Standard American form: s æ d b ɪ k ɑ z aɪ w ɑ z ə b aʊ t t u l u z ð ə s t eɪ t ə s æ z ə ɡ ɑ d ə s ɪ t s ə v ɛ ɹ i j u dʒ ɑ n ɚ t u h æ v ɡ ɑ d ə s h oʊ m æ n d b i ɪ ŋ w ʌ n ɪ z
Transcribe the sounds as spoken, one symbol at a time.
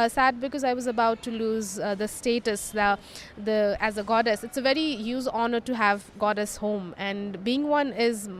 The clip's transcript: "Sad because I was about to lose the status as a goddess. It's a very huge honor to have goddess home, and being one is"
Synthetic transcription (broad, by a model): s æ d b ɪ k ɑ z aɪ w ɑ z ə b aʊ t t u l u z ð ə s t eɪ t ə s æ z ə ɡ ɑ d ə s ɪ t s ə v ɛ ɹ i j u z ɑ n ɚ t u h æ v ɡ ɑ d ə s h oʊ m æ n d b i ɪ ŋ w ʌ n ɪ z